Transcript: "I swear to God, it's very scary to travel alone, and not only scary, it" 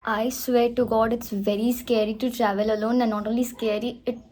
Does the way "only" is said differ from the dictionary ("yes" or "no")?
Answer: yes